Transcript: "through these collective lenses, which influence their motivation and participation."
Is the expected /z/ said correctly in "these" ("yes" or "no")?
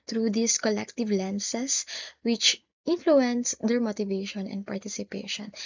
no